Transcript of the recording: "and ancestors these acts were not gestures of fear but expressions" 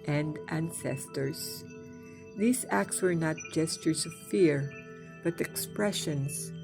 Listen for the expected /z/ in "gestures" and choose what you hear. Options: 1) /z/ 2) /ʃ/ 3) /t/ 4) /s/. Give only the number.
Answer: 1